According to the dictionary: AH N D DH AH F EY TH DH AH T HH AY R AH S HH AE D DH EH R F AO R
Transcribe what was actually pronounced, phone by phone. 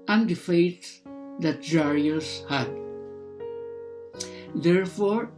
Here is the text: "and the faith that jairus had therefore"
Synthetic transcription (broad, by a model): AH N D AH F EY T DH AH T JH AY R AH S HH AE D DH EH R F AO R